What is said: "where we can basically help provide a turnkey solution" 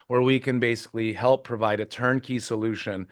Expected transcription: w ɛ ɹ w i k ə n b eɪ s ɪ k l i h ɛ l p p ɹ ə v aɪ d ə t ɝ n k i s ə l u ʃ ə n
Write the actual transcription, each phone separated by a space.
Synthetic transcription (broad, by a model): w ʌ ɹ w i k ə n b eɪ s ɪ k l i h ɛ l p p ɹ ə v aɪ d ə t ɝ n k i s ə l u ʃ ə n